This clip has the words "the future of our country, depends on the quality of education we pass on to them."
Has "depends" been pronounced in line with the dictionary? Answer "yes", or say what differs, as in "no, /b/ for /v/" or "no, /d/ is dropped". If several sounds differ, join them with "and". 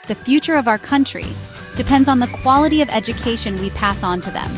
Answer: yes